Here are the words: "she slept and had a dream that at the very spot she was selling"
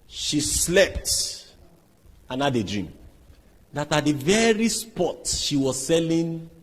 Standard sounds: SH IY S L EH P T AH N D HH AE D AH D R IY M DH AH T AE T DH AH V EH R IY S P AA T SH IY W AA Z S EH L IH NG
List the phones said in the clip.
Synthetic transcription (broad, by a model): SH IY S L EH P T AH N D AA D AH D R IY M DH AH T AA T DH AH V EH R IY S P AA T SH IY W AA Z S EH L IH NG